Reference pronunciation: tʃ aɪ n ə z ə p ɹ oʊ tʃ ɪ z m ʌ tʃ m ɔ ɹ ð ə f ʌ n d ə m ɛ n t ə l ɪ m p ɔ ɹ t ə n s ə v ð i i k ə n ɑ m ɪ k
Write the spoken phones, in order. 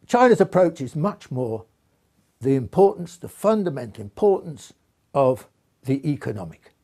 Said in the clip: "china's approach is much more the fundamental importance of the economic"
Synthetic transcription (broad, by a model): tʃ aɪ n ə z ə p ɹ oʊ tʃ ɪ z m ʌ tʃ m ɔ ɹ ð ə f ʌ n d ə m ɛ n t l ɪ m p ɔ ɹ t n s ə v ð i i k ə n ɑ m ɪ k